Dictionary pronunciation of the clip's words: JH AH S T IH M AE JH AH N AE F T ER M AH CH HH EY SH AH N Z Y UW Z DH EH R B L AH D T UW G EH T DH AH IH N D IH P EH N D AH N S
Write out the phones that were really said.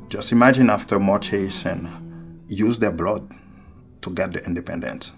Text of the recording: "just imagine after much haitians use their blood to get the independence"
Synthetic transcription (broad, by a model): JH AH S T IH M AE JH AH N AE F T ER M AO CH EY S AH N Y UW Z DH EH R B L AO D T UW G EH T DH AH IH N D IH P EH N D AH N S